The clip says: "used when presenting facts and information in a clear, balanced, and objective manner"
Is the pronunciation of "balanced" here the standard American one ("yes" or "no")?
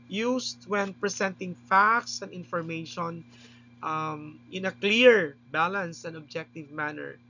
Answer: no